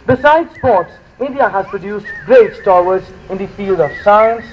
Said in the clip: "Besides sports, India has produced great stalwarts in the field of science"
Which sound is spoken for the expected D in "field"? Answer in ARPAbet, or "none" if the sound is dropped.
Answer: D